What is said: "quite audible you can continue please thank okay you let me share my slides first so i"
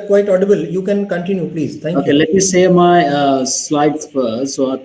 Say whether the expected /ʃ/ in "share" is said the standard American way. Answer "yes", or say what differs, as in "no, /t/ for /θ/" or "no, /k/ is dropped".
no, /s/ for /ʃ/